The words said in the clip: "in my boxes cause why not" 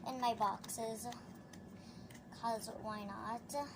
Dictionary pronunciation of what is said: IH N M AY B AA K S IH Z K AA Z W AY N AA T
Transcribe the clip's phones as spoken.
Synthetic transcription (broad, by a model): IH N M AY B AA K S IH Z K AA Z W AY N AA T